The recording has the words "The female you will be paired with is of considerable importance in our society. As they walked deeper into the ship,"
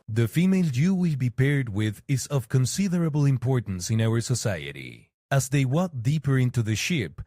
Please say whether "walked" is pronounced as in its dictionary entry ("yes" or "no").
no